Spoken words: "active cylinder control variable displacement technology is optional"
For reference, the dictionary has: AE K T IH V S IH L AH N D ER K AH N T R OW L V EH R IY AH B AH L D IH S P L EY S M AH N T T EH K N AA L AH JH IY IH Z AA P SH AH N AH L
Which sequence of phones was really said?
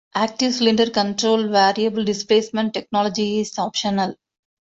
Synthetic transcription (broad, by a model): AE K T IH V S L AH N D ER K AH N T R OW L V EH R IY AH B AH L D IH S P L EY S M AH N T T EH K N AA L AH JH IY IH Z AA P SH AH N AH L